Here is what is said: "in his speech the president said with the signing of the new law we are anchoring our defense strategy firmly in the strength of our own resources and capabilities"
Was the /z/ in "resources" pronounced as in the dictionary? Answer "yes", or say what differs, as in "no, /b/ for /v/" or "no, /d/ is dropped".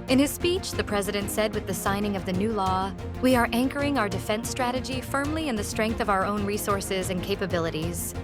yes